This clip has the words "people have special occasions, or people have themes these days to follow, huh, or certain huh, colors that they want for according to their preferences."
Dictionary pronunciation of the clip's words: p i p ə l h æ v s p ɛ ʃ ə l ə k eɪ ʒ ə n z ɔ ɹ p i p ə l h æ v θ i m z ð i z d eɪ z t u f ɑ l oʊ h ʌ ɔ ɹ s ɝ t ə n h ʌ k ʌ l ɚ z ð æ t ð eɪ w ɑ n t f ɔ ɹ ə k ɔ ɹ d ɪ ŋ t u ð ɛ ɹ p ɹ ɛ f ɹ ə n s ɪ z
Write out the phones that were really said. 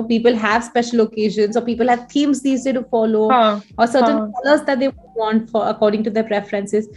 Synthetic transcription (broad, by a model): p i p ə l h æ v s p ɛ ʃ ə l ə k eɪ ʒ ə n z ɔ ɹ p i p ə l h æ v t i m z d i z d eɪ t u f ɑ l oʊ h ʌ ɔ ɹ s ɝ t ə n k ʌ l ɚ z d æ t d eɪ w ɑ n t f ɔ ɹ ə k ɔ ɹ d ɪ ŋ t u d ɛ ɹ p ɹ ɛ f ɹ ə n s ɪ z